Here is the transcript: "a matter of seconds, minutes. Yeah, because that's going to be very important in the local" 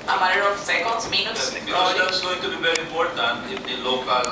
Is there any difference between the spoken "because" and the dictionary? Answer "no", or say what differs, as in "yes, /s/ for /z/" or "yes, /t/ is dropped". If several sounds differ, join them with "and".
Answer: yes, /k/ is dropped